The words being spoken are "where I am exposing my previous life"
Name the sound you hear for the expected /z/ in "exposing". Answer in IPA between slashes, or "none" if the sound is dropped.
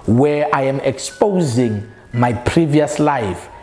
/z/